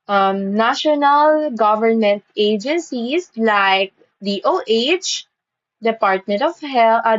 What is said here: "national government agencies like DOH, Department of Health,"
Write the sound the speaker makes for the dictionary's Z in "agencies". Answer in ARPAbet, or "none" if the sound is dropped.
S